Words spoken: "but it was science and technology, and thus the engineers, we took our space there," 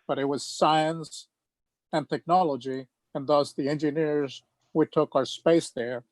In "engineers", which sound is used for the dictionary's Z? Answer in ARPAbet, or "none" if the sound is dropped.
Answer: Z